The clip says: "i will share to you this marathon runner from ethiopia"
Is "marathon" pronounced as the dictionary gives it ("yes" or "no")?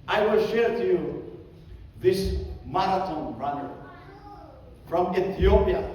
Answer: no